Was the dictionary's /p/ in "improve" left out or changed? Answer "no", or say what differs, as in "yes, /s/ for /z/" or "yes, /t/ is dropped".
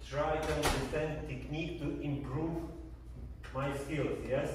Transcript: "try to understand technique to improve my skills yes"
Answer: no